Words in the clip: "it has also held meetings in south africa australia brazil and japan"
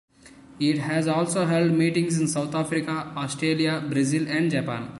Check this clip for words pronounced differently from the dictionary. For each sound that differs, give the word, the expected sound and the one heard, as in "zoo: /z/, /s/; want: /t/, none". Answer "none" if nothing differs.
south: /θ/, /t/